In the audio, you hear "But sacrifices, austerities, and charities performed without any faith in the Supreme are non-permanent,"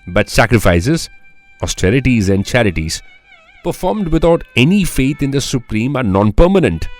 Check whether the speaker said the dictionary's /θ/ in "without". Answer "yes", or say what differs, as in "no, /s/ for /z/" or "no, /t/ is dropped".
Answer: no, /t/ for /θ/